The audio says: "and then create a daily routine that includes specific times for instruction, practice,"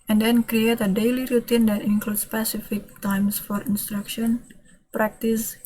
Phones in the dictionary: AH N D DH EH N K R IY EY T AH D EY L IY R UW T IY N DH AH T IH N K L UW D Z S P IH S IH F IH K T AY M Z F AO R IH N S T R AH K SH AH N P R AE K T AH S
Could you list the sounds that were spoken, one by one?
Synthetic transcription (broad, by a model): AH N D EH N K R IY EY T AH D EY L IY R UW T IY N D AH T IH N K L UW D S P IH S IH F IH K T AY M S F AO R IH N S T R AH K SH AH N P R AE K T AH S